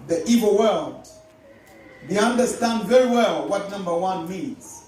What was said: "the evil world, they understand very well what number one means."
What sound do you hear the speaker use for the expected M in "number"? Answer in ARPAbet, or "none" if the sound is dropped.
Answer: M